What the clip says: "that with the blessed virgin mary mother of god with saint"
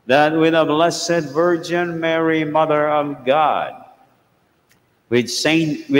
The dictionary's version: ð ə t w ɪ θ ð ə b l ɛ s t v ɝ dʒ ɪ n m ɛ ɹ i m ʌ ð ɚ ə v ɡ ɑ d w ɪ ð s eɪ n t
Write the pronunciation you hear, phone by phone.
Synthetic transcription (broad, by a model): ð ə t w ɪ ð ə b l ɛ s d v ɝ dʒ ɪ n m ɛ ɹ i m ʌ ð ɚ ə v ɡ ɑ d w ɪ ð s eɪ n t